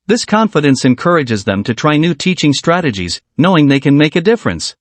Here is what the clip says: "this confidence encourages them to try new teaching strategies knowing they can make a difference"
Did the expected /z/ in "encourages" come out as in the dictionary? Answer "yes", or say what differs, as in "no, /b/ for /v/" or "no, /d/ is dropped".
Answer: yes